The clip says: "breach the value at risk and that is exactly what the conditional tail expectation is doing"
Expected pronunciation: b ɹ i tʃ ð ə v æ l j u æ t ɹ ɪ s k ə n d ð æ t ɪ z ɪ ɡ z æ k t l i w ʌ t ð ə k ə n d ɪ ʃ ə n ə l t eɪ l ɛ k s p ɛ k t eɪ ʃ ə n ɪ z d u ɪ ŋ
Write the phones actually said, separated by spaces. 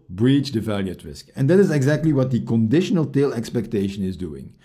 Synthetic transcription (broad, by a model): b ɹ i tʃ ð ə v æ l j u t ɹ ɪ s k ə n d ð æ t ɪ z ɪ ɡ z æ k t l i w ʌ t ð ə k ə n d ɪ ʃ ə n ə l t eɪ l ɛ k s p ɛ k t eɪ ʃ ə n ɪ z d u ɪ ŋ